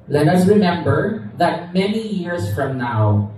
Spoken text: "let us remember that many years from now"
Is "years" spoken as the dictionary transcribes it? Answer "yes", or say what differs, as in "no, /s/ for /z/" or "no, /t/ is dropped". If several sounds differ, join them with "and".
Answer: no, /s/ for /z/